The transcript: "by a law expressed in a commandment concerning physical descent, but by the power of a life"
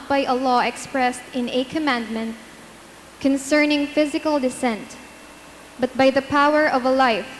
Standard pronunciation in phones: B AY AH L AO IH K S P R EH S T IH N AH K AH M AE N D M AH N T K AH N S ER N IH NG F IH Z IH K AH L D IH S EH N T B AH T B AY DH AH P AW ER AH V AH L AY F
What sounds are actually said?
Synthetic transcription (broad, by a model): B AY AH L AO IH K S P R EH S T IH N AH K AH M AE N D M AH N T K AH N S ER N IH NG F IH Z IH K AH L D IH S EH N T B AH T B AY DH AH P AW ER AH V AH L AY F